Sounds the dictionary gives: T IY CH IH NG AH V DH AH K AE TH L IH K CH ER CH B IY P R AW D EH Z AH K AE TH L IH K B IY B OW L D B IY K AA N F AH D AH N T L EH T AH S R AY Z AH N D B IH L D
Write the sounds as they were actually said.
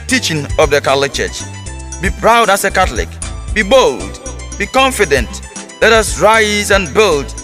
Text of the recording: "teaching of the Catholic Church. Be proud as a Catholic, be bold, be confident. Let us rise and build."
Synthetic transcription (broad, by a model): T IY CH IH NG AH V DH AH K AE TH L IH K CH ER CH B IY P R AW D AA S AH K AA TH L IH K B IY B OW L D B IY K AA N F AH D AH N T L EH T AH S R AY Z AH N B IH L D